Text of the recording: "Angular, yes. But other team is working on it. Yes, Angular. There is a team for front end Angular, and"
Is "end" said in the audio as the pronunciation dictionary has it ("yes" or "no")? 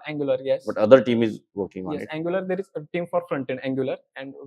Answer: no